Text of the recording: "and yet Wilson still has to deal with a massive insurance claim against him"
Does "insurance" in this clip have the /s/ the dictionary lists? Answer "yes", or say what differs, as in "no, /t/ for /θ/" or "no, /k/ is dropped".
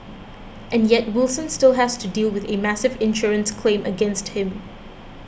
yes